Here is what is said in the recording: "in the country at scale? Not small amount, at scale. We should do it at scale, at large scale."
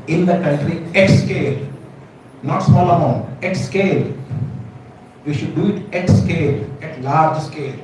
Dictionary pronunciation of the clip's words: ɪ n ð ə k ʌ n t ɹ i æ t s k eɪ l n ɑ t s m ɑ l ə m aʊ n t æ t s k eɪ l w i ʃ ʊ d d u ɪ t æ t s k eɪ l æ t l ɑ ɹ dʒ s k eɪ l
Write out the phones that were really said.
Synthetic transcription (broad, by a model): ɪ n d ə k ʌ n t ɹ i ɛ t s k eɪ l n ɑ t s m ɑ l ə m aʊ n ɛ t s k eɪ l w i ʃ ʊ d d u ɪ t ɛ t s k eɪ l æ t l ɑ ɹ dʒ s k eɪ l